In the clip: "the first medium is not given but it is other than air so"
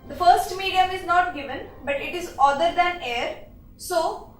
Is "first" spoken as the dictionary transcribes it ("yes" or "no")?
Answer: yes